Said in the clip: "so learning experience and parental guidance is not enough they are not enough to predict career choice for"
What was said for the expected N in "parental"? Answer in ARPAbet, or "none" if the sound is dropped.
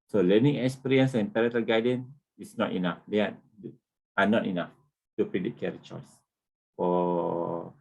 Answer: none